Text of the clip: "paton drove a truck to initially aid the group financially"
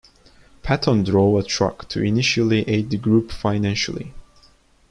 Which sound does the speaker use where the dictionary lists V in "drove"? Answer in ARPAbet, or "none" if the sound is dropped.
none